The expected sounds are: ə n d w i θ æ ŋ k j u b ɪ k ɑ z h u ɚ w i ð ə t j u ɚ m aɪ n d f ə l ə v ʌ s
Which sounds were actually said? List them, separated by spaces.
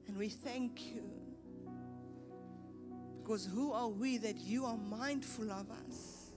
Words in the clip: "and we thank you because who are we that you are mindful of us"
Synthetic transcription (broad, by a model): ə n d w i θ æ ŋ k j u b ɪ k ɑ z h u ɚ w i ð ə t j u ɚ m aɪ n d f ə l ə v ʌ s